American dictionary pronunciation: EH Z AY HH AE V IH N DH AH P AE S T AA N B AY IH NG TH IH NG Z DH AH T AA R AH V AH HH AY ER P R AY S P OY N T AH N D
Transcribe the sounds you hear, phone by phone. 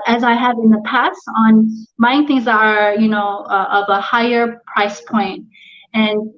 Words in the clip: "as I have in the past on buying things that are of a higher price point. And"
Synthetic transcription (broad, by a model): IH Z AY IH V IH N DH AH P AE S T N B AY IH NG TH IH NG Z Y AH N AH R AH V AH HH AY ER P R AY S P OY N T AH N